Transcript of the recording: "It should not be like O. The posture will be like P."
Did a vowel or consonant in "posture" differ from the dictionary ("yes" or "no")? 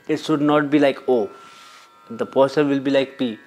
yes